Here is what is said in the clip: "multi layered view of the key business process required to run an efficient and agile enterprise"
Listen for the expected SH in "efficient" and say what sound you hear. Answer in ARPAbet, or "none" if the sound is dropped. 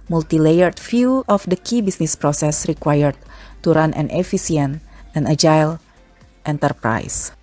S